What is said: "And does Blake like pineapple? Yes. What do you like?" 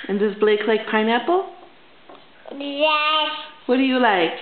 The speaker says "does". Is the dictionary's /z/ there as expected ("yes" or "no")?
no